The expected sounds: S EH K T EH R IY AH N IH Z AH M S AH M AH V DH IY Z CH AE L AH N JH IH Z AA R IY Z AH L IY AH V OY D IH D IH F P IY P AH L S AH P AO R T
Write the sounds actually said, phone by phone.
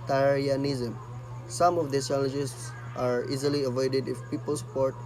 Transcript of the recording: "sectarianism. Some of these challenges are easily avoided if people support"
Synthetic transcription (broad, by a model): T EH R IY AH N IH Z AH M S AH M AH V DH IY S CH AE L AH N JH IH S AA R IY Z AH L IY AH V OY D IH D IH F P IY P AH L S P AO R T